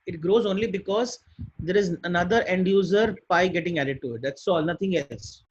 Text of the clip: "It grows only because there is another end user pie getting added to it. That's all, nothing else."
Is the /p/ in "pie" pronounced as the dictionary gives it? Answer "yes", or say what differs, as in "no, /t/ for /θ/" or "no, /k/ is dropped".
no, /b/ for /p/